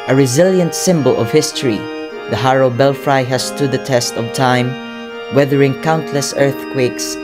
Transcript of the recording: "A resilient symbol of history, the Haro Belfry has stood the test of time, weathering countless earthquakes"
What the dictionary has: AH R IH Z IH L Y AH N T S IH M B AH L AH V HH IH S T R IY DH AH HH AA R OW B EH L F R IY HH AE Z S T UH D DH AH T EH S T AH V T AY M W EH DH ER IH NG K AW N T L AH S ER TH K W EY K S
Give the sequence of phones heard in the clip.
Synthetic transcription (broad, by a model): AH R IH Z IH L Y AH N T S IH M B AH L AH V HH IH S T R IY DH AH HH AA R OW B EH L F R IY HH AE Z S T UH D DH AH T EH S T AH V T AY M W EH DH ER IH NG K AW N T L AH S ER TH K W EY K S